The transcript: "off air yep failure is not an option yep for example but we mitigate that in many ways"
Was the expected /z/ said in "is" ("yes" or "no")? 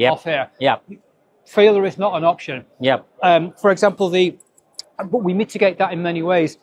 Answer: yes